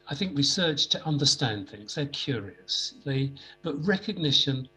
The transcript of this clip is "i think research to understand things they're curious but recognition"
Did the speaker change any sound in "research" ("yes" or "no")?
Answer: yes